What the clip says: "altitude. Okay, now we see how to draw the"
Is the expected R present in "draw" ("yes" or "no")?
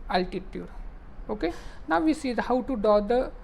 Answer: no